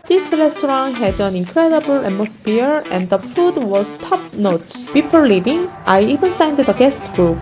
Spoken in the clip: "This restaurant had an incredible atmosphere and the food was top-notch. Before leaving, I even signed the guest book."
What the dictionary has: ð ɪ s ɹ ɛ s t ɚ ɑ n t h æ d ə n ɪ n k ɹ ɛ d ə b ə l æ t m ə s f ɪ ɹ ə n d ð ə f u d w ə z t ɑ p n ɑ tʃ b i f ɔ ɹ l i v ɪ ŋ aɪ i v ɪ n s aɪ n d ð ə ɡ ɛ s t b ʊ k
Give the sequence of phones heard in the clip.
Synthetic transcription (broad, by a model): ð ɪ s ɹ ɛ s t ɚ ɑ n h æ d ə n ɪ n k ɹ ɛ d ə b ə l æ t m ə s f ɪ ɹ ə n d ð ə f u d w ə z t ɑ p n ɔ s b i p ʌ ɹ l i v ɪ ŋ aɪ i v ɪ n s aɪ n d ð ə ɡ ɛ s t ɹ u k